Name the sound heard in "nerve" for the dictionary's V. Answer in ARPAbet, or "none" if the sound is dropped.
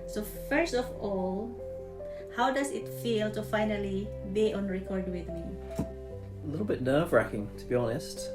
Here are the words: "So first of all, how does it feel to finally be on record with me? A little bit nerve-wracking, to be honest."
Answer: V